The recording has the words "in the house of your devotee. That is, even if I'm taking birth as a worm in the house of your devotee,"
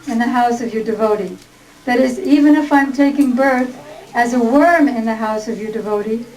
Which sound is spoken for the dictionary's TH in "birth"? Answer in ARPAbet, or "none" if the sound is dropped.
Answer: TH